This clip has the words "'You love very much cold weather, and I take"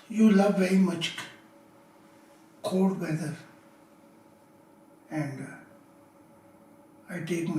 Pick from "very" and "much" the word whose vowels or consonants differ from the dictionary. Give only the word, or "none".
none